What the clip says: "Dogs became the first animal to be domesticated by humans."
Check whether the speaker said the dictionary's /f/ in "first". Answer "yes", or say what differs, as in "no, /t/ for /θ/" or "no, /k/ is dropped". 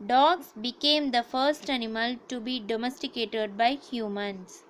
yes